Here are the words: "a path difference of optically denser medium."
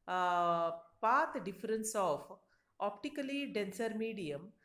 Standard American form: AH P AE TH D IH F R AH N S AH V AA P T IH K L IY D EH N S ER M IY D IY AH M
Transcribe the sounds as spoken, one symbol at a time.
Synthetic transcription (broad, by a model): P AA T D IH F R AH N S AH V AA P T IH K L IY D EH N S ER M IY D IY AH M